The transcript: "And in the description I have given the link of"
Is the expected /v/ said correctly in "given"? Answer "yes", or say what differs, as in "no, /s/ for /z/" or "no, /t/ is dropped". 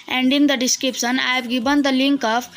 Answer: no, /b/ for /v/